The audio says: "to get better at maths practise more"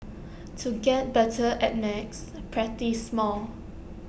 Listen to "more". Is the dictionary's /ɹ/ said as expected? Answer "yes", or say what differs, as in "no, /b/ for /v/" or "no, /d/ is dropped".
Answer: no, /l/ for /ɹ/